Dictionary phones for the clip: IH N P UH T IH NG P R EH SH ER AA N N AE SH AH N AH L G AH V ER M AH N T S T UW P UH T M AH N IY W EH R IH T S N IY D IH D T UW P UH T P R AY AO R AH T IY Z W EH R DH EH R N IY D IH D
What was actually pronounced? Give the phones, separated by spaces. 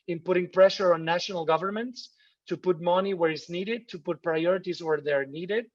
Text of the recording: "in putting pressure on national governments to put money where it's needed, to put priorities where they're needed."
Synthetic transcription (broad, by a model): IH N P UH T IH NG P R EH SH ER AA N N AE SH AH N AH L G AH V ER M AH N T S T UW P UH T M AH N IY W EH R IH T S N IY D IH D T UW P UH T P R AY AO R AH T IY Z W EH R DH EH R N IY D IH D